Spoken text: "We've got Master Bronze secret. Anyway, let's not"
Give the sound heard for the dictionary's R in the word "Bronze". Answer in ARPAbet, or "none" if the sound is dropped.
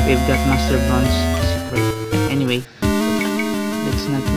none